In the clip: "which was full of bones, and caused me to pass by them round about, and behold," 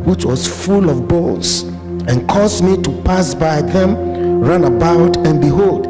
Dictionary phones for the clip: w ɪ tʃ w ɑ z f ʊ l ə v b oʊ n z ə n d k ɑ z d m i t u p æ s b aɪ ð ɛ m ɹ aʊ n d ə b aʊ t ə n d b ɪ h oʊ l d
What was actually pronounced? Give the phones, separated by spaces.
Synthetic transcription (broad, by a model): w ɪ tʃ w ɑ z f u l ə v b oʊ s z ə n k ɑ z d m i t u p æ s b aɪ ð ɛ m ɹ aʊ n ə b aʊ t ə n b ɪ h oʊ l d